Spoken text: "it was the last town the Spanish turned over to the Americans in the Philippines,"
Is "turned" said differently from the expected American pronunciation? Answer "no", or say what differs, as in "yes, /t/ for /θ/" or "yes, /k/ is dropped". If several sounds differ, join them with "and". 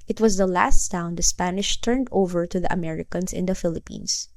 no